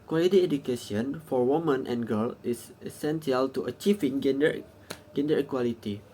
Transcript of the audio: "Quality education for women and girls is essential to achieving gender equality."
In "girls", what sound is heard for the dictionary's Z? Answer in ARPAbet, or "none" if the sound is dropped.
none